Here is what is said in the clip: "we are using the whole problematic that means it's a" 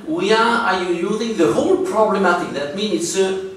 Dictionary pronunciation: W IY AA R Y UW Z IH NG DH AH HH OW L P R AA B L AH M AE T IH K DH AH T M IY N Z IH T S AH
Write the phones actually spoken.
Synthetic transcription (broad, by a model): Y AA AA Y Y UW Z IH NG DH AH HH OW L P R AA B L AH M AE T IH K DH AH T M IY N IH T S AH